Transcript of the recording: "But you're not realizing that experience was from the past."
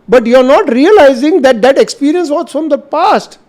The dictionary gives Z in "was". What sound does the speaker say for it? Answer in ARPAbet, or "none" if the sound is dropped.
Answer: S